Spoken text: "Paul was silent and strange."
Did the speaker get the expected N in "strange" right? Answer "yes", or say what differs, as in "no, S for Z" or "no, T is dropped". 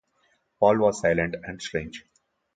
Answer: yes